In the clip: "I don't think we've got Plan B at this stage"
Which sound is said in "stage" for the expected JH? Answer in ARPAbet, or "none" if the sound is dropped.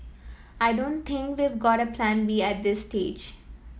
JH